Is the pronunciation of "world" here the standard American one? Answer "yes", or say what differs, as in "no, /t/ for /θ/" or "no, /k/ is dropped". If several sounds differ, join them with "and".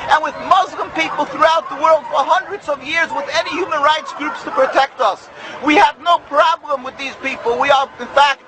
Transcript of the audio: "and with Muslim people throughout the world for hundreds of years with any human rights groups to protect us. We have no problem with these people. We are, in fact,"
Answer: yes